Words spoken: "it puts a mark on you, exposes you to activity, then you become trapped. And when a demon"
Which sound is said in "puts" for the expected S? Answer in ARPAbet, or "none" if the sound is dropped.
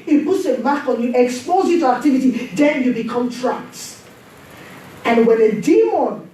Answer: S